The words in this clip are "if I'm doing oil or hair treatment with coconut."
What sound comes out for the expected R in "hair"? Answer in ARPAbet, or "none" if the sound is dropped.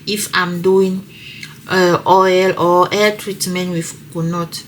L